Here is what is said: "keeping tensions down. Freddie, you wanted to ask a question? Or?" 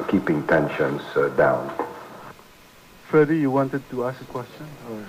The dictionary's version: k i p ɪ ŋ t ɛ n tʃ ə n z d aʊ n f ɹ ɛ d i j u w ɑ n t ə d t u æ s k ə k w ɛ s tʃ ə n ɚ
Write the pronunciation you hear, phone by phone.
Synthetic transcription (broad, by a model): k i p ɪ ŋ t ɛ n ʃ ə n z d aʊ n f ɛ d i j u w ɑ n t ə d t u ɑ s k ə k w ɛ s tʃ ə n